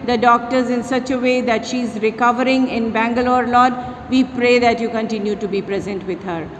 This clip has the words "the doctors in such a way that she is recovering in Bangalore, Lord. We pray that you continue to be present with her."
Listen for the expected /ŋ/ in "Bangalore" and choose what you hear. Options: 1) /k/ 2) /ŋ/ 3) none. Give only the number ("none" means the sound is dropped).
2